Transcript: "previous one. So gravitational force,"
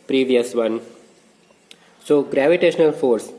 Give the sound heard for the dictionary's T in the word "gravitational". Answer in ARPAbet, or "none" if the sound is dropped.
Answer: T